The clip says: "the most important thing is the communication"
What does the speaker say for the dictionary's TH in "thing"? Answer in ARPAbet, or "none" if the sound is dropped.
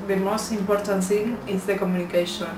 S